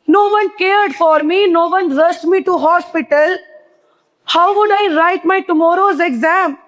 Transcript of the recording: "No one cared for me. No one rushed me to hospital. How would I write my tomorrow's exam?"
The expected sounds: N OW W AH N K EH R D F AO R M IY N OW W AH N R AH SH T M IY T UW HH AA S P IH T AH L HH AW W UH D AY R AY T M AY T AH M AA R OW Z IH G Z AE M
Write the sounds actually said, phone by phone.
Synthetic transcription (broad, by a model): N OW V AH N K EH R D F AO R M IY N OW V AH N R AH S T M IY T UW HH AA S P IH T AH L HH AW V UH D AY R AY T M AY T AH M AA R OW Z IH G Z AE M